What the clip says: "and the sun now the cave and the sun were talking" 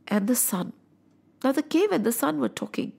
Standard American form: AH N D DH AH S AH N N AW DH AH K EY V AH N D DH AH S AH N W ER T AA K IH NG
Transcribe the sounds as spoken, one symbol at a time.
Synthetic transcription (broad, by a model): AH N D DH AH S AH N N AW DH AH K EY V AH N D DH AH S AH N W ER T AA K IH NG